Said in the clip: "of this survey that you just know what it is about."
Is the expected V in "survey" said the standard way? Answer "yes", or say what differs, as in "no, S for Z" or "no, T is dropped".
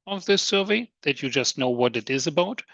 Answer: yes